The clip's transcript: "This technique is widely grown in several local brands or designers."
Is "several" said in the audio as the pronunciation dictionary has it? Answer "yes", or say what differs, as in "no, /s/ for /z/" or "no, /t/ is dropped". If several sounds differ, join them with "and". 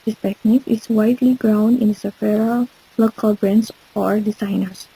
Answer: no, /f/ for /v/